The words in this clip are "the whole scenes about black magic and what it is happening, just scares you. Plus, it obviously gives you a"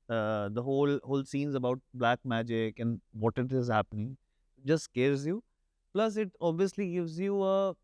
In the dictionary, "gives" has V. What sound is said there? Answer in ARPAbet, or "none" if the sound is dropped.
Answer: V